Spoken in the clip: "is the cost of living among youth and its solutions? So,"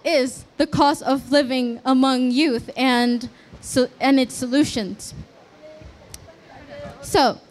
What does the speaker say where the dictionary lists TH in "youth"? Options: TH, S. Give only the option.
TH